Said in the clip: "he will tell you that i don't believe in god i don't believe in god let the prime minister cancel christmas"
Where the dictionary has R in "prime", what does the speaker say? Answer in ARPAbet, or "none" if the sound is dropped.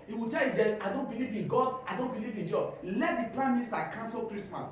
L